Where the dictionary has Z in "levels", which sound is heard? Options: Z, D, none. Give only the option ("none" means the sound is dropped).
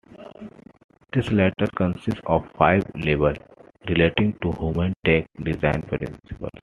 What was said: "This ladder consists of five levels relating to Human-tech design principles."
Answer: none